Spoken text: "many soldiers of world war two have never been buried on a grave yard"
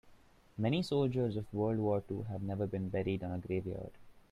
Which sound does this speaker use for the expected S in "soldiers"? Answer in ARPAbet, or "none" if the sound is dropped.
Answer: S